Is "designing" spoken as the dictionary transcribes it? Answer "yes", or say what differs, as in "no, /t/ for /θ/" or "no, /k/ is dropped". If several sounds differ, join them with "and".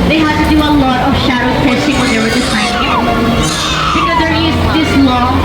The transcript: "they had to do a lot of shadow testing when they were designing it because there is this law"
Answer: no, /s/ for /z/ and /n/ is dropped